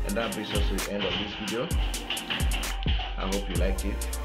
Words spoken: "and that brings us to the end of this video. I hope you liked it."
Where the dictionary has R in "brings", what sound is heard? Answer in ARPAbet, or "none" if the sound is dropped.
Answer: none